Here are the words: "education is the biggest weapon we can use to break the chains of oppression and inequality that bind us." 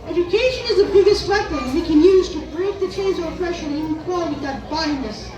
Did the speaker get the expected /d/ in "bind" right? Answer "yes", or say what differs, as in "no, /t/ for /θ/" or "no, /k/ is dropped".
no, /d/ is dropped